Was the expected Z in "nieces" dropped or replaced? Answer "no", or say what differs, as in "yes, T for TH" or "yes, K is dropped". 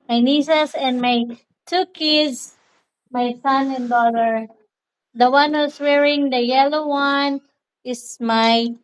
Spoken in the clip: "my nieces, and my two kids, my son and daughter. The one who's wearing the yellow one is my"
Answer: yes, S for Z